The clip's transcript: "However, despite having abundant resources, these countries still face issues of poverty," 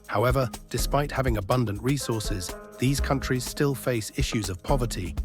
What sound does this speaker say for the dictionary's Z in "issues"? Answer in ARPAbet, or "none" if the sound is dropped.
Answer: Z